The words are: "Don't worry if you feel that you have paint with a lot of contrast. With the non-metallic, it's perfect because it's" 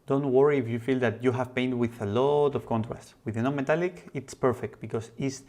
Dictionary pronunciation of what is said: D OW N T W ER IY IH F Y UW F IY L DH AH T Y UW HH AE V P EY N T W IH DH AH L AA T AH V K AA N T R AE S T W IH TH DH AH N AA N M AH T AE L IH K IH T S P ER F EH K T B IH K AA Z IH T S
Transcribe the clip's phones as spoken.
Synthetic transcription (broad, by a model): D OW N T W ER IY IH F Y UW F IY L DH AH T Y UW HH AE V P EY N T W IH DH AH L AA T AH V K AA N T R AE S T W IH DH AH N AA M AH T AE L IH K IH T S P ER F EH K T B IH K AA S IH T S